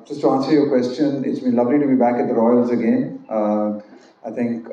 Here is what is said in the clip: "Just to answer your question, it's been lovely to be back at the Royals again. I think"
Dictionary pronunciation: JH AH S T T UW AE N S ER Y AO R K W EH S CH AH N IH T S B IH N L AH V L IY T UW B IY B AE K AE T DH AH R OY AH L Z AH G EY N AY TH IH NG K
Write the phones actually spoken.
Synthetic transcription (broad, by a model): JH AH S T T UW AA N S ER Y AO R K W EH S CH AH N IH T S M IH L AH V L IY T UW B IY B AE K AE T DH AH R OY AH L Z AH G EY N AY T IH NG K